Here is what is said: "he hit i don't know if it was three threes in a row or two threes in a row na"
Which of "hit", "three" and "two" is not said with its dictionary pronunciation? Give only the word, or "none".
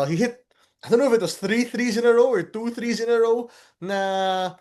none